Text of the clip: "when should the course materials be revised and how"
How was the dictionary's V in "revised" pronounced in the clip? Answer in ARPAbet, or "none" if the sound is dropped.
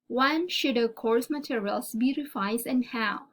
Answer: F